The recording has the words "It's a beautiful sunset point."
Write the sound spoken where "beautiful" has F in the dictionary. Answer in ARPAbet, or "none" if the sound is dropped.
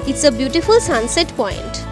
F